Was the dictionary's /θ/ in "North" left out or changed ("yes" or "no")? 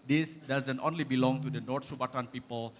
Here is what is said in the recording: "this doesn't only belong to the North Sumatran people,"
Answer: yes